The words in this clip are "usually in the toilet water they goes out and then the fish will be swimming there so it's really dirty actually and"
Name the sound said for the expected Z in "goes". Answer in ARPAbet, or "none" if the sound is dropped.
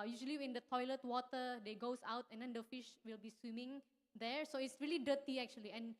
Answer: S